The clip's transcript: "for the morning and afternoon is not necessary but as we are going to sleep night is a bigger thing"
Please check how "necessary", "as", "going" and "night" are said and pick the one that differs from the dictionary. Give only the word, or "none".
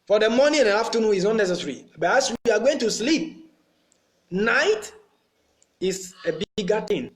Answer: as